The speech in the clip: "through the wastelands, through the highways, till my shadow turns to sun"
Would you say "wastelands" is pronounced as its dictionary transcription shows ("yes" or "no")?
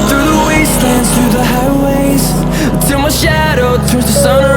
no